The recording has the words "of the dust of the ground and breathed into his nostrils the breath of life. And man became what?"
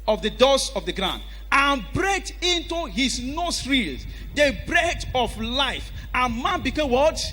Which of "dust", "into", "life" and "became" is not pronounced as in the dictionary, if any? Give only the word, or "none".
dust